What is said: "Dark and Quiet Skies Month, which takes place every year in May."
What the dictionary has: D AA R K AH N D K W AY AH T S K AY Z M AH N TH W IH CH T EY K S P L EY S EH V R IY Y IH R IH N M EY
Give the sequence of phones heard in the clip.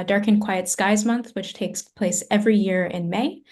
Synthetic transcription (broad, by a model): D AA R K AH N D K W AY AH T S K AY Z M AH N TH W IH CH T EY K S P L EY S EH V R IY Y IH R IH N M EY